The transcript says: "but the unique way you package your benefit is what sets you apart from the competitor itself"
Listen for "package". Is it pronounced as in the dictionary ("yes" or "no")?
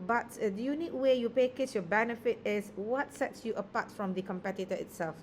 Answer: no